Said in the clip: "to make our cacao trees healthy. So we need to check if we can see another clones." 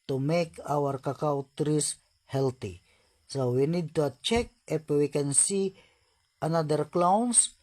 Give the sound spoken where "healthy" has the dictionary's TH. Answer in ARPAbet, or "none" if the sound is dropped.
T